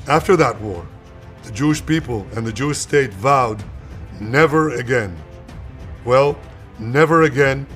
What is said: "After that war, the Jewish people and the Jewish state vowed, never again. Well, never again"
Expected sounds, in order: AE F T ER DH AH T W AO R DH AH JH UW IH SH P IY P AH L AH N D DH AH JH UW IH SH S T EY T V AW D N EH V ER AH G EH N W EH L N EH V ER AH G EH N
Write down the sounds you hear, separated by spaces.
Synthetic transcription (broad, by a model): AE F T ER DH AH T W AO R DH AH JH UW IH SH P IY P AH L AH N DH AH JH UW IH SH S T EY T V AW D N EH V ER AH G EH N W EH L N EH V ER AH G EH N